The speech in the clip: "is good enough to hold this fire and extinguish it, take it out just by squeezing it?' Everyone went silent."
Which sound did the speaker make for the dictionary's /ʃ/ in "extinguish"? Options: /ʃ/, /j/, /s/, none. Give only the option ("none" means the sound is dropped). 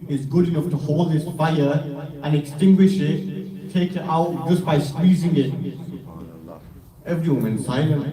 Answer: /ʃ/